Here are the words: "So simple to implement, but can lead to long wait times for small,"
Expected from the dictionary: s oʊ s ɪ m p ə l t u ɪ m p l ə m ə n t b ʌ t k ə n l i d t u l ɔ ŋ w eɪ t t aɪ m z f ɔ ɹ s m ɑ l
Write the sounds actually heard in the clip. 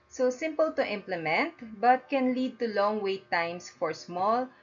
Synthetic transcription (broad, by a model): s oʊ s ɪ m p ə l t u ɪ m p l ə m ə n t b ʌ t k ə n l i d t u l ɔ ŋ w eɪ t t aɪ m s f ɔ ɹ s m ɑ l